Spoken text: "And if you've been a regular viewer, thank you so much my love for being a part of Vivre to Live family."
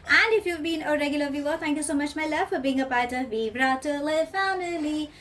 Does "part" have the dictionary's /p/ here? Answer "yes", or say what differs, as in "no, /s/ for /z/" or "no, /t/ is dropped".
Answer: no, /b/ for /p/